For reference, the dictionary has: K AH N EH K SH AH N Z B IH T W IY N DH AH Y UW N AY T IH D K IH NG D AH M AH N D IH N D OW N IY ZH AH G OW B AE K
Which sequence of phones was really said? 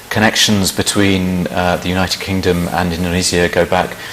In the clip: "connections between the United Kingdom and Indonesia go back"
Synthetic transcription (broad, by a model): K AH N EH K SH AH N Z B IH T W IY N DH AH Y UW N AY T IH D K IH NG D AH M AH N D IH N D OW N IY Z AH G OW B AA K